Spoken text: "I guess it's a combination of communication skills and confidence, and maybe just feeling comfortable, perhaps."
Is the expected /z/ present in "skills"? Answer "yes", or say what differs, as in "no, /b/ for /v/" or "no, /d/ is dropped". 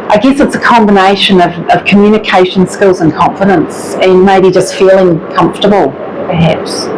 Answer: yes